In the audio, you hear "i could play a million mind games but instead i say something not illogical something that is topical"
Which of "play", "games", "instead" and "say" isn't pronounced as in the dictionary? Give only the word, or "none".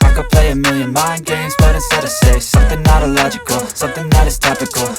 instead